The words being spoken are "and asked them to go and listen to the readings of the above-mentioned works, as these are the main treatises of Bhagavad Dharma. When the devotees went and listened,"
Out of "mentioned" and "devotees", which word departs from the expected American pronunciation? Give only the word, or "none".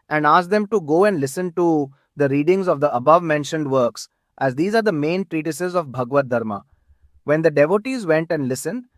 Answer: none